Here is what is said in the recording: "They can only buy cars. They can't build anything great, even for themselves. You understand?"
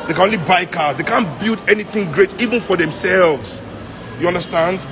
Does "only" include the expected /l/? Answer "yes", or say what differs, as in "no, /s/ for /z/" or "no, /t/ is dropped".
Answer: yes